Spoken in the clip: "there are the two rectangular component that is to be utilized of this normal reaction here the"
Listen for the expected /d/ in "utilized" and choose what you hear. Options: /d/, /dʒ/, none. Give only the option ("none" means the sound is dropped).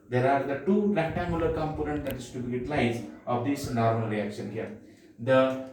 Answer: none